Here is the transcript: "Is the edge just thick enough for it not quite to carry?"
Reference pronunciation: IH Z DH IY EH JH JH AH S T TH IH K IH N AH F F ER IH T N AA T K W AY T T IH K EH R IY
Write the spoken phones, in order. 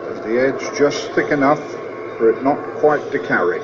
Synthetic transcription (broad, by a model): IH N DH IY EH JH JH AH S TH IH K IH N AH F F ER IH T N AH T K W AY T T IH K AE R IY